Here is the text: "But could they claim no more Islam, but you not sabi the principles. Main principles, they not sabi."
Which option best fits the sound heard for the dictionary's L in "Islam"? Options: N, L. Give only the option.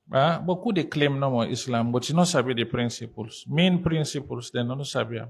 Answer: L